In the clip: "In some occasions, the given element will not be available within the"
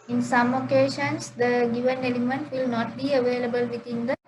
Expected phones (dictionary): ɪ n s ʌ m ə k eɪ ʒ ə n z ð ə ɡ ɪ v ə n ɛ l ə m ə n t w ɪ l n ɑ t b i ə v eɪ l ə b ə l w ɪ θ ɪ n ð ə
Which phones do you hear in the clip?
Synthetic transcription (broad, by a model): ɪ n s ʌ m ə k eɪ ʃ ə n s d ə ɡ ɪ v ə n ɛ l ə m ə n t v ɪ l n ɑ t b i ə v eɪ l ə b ə l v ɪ t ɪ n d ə